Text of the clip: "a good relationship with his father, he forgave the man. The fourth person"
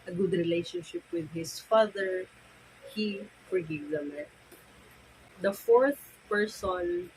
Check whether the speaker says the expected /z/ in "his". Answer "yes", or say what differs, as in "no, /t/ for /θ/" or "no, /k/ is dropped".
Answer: no, /s/ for /z/